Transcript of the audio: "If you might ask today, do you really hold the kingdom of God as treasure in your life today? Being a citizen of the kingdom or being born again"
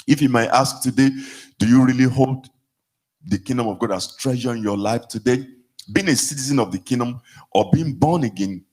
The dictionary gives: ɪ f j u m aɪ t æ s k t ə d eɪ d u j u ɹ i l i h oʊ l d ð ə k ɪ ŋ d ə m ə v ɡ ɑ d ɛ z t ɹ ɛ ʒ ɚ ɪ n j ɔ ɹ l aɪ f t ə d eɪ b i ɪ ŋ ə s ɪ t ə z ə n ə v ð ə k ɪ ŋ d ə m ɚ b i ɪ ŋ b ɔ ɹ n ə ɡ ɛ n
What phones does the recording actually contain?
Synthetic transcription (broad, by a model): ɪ f j u m aɪ t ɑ s k t ə d eɪ d u j u ɹ i l i h oʊ l d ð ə k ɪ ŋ d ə m ə v ɡ ɑ d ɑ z t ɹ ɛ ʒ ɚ ɪ n j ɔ l aɪ f t ə d eɪ b i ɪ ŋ ə s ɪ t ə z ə n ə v ð ə k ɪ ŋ d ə m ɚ b i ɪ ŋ b ɔ n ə ɡ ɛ n